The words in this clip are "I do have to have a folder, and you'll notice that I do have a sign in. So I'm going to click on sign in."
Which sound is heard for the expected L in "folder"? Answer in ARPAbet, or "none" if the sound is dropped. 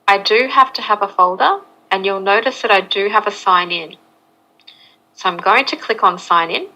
L